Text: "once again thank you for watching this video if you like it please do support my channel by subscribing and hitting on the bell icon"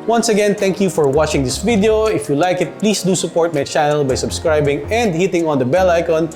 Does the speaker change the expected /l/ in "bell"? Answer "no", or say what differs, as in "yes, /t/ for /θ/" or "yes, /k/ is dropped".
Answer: no